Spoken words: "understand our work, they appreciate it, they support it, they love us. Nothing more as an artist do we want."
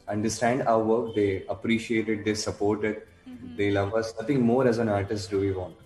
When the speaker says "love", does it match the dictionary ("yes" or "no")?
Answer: yes